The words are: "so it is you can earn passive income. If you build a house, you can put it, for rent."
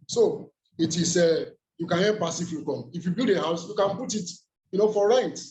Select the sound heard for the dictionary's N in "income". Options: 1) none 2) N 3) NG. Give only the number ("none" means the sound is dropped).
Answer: 1